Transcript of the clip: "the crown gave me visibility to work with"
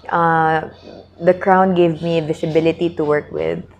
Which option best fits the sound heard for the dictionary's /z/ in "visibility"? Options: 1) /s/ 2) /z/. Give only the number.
1